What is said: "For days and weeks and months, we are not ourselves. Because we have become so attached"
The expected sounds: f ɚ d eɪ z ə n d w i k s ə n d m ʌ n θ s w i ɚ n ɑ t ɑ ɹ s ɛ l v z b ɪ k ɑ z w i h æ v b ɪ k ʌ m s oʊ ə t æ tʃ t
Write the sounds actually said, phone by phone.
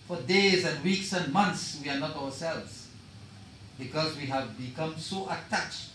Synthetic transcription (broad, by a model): f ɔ d eɪ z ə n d w i k s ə n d m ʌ n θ s w i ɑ n ɑ t ɑ w s ɛ l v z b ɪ k ɑ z w i h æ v b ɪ k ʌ m s oʊ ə t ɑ tʃ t